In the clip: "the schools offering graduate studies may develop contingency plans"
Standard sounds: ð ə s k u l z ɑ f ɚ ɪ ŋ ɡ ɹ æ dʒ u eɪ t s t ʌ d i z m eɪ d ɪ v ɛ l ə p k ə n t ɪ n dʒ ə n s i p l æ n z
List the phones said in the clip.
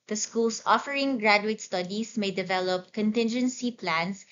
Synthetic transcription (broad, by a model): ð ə s k u l s ɑ f ɚ ɪ ŋ ɡ ɹ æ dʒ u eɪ t s t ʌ d i s m eɪ d ɪ v ɛ l ə p k ə n t ɪ n dʒ ə n s i p l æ n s